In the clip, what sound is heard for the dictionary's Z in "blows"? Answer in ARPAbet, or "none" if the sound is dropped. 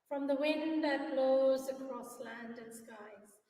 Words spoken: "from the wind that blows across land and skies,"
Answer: Z